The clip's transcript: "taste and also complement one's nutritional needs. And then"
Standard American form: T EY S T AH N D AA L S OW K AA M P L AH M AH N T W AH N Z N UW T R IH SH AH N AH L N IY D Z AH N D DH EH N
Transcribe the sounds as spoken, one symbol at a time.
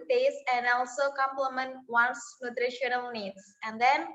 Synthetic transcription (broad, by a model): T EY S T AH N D AA L S OW K AA M P L AH M AH N T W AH N S N UW T R IH SH AH N AH L N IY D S AH N D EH N